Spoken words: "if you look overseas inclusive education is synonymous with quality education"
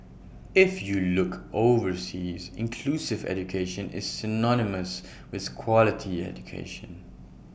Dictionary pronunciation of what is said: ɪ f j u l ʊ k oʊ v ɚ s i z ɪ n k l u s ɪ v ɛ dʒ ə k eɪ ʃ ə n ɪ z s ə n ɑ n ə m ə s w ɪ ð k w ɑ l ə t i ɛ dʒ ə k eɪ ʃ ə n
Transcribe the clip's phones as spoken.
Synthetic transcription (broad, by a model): ɪ f j u l ʊ k oʊ v ɚ s i z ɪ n k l u s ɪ v ɛ dʒ ə k eɪ ʃ ə n ɪ z s ə n ɑ n ə m ə s w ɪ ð k w ɑ l ə t i ɛ dʒ ə k eɪ ʃ ə n